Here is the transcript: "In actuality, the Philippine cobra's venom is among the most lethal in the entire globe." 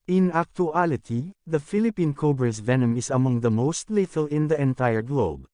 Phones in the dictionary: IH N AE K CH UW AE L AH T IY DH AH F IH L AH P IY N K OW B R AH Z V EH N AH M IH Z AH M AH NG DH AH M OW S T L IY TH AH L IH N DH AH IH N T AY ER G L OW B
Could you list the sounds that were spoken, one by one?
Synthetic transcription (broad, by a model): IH N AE K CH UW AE L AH T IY DH AH F IH L AH P IY N K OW B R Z V EH N AH M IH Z AH M AH NG DH AH M OW S T L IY T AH L IH N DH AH IH N T AY ER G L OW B